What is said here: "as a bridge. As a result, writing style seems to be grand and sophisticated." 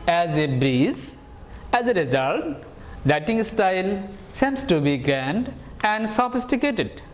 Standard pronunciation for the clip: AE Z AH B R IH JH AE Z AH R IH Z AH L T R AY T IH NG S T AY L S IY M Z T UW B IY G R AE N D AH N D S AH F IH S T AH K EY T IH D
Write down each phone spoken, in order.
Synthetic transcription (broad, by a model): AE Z AH B R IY Z AE Z AH R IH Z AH L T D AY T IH NG S T AY L S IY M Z T UW B IY G R AE N D AH N D S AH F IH S T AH K EY T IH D